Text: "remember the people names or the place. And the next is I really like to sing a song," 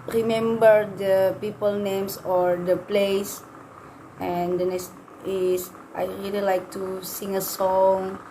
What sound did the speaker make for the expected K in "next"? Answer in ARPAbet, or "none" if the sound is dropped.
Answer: none